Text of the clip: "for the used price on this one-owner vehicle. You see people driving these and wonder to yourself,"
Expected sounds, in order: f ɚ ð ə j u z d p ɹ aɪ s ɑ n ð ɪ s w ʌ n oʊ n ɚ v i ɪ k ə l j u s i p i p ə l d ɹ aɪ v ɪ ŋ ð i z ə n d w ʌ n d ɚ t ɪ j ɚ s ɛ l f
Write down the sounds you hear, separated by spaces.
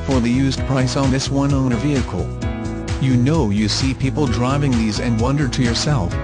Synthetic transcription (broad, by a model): f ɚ ð ə j u z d p ɹ aɪ s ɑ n ð ɪ s w ʌ n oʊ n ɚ v i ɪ k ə n j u s i p i p l d ɹ aɪ v ɪ ŋ ð i z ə n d w ʌ n d ɚ t ɪ j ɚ s ɛ l f